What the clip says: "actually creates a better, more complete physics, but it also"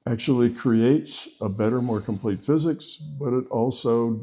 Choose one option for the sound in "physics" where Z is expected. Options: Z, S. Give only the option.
Z